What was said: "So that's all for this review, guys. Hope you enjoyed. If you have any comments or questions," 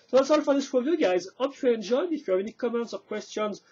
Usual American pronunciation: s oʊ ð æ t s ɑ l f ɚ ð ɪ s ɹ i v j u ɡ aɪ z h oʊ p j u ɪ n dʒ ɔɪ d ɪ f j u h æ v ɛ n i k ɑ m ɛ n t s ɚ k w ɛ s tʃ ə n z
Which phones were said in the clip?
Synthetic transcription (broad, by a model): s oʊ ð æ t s ɑ l f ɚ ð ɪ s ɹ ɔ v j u ɡ aɪ z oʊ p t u ɪ n dʒ ɔɪ d ɪ f j u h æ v ɛ n i k ɑ m ɛ n t s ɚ k w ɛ s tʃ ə n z